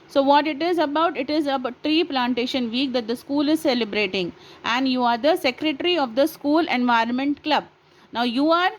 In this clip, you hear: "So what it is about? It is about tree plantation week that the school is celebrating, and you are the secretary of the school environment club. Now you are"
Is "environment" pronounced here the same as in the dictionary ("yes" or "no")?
yes